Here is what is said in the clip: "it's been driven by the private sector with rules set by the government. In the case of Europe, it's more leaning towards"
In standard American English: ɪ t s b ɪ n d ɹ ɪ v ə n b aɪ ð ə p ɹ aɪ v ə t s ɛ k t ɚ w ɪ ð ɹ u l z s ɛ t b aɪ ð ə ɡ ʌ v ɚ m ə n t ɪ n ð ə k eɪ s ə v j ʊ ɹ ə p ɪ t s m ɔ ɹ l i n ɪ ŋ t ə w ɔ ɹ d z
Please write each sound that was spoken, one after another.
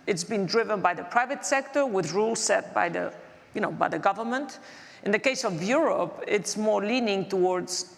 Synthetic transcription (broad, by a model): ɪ t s b ɪ n d ɹ ɪ v ə n b aɪ ð ə p ɹ aɪ v ə t s ɛ k t ɚ w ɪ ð ɹ u l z s ɛ t b aɪ ð ə ɡ ʌ v ɚ m ə n t ɪ n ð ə k eɪ s ə v j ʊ ɹ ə p ɪ t s m ɔ ɹ l i n ɪ ŋ t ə w ɔ ɹ d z